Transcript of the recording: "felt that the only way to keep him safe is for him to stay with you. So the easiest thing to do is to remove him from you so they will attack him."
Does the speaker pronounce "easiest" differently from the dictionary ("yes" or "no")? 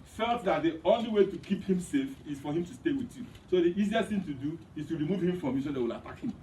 no